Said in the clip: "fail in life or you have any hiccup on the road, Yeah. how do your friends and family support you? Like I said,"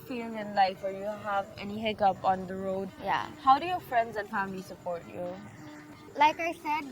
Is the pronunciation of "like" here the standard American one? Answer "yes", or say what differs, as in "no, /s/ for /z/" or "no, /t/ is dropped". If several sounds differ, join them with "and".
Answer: yes